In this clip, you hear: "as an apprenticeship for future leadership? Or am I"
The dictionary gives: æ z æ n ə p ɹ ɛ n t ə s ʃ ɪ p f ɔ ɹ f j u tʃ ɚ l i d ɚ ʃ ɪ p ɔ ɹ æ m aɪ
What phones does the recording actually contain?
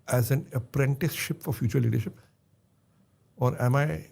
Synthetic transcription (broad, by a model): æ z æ n ə p ɹ ɛ n t ə s ʃ ɪ p f ɔ ɹ f j u tʃ ɚ l i d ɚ ʃ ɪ p ɔ ɹ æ m aɪ